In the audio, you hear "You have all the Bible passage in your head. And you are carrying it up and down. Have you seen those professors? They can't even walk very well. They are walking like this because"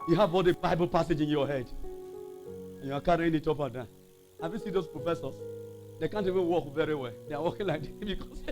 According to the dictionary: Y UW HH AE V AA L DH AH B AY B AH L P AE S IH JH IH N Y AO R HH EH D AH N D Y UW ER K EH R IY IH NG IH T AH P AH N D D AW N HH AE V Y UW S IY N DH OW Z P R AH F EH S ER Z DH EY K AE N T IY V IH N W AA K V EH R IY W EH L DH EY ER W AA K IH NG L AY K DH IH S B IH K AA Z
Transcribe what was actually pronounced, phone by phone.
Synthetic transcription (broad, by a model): Y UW HH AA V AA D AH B AY B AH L P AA S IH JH IH N Y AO HH EH D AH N Y UW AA K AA R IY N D IH T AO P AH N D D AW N HH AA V Y UW S IY N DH OW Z P R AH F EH S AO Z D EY K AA N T IY V IH N W AA K V EH R IY W EH L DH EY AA W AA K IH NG L AY K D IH B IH K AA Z